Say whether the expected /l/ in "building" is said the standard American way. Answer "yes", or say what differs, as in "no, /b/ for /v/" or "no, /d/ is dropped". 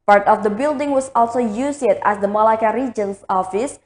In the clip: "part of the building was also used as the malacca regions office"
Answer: yes